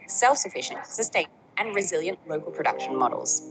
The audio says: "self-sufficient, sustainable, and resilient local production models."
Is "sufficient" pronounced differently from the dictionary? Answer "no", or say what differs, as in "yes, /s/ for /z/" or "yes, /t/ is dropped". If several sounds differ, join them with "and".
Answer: no